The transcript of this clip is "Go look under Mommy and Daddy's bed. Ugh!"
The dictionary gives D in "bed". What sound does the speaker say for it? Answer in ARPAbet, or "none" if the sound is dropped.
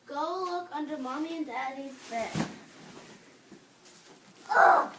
none